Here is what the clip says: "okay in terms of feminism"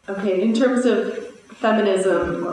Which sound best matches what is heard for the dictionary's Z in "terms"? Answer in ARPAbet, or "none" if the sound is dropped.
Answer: Z